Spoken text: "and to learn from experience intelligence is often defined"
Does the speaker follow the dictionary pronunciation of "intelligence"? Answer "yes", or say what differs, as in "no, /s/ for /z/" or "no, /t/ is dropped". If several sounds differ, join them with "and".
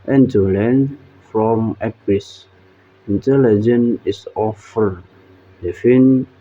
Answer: no, /s/ is dropped